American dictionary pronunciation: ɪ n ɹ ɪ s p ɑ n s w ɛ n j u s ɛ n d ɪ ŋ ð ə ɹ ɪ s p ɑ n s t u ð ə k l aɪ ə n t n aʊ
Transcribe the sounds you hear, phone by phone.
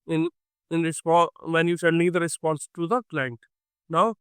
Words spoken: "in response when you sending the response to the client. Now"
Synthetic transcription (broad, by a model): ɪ n ɹ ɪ s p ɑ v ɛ n j u ʃ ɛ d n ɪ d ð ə ɹ ɪ s p ɑ n s t u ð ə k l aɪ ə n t n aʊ